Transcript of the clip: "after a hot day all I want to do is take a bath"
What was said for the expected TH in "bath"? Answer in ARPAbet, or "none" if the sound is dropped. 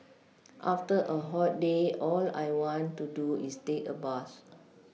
S